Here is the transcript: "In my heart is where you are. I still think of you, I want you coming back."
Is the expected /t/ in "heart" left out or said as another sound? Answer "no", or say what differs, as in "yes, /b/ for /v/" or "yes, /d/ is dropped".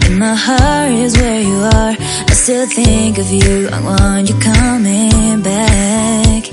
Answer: yes, /t/ is dropped